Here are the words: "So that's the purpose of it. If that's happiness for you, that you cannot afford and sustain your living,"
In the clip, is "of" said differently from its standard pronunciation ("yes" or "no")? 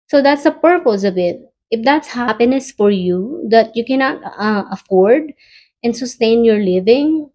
yes